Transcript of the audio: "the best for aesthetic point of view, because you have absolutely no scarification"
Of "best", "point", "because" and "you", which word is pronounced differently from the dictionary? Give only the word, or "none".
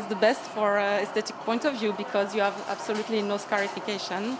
none